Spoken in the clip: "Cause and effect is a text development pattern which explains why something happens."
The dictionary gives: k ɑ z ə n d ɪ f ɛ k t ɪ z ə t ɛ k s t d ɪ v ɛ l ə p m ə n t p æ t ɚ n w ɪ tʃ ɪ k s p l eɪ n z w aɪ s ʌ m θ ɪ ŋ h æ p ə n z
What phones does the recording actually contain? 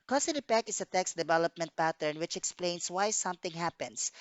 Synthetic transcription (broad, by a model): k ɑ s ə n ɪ p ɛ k ɪ s ə t ɛ k s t d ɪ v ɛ l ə p m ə n t p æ t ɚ n w ɪ tʃ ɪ k s p l eɪ n s w aɪ s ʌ m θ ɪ ŋ h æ p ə n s